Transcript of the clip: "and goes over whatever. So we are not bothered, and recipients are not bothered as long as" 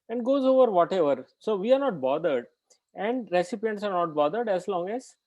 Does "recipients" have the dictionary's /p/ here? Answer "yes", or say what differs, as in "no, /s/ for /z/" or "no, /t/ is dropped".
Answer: yes